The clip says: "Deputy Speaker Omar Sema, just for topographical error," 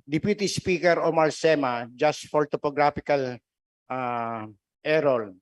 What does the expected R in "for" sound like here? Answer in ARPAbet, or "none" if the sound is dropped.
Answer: L